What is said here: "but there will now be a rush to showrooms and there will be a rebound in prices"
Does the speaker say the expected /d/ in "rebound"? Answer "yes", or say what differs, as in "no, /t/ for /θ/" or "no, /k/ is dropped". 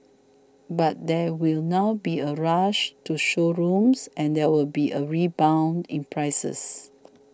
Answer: yes